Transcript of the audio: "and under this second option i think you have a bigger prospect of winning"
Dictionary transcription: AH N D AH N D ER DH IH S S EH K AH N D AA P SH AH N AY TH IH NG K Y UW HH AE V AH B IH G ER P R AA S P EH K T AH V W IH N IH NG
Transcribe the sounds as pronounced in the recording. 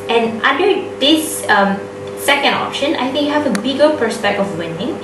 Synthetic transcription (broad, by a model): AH N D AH N D ER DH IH S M EH K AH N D AA P SH AH N AY TH IH NG K Y UW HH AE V AH B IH G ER P AH S P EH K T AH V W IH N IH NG